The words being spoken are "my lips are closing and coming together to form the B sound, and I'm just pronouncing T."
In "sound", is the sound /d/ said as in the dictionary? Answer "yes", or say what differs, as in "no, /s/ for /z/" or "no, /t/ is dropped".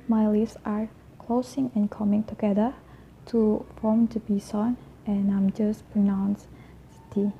no, /d/ is dropped